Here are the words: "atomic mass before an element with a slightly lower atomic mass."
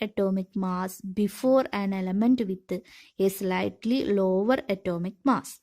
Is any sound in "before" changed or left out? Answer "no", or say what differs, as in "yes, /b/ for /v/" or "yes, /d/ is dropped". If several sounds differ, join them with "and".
no